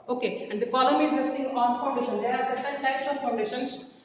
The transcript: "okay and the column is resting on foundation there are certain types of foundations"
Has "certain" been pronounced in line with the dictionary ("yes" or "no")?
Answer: no